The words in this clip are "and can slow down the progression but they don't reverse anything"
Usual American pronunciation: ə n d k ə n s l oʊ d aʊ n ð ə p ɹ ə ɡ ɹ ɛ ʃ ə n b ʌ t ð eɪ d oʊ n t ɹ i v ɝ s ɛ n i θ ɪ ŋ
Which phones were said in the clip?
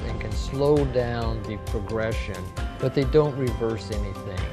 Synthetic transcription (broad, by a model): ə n k ə n s l oʊ d aʊ n ð ə p ɹ ə ɡ ɹ ɛ ʃ ə n b ʌ t ð eɪ d oʊ n t ɹ i v ɝ s ɛ n i θ ɪ ŋ